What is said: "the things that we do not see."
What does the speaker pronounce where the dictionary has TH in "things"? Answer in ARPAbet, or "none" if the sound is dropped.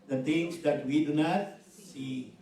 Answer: T